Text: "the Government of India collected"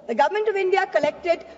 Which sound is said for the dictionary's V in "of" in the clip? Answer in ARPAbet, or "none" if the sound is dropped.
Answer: V